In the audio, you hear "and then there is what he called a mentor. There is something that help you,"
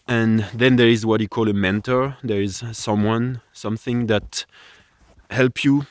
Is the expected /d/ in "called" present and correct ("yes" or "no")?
no